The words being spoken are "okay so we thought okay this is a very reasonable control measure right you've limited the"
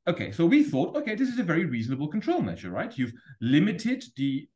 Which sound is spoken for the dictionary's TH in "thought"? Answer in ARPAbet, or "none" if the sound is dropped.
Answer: TH